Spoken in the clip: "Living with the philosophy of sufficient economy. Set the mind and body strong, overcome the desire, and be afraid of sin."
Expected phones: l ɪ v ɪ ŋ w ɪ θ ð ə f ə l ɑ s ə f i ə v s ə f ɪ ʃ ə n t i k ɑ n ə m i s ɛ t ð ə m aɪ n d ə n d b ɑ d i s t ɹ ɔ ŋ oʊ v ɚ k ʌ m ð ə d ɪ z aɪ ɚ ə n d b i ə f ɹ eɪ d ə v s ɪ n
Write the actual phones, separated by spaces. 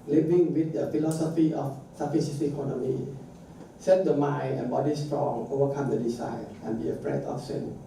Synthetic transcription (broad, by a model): l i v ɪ ŋ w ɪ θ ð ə f ə l ɑ s ə f i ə f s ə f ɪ s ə t i k ɑ n ə m i s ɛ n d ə m aɪ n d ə n b ɑ d i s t ɹ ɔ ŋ oʊ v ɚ k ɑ m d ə d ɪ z aɪ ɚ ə n b i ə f ɹ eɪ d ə f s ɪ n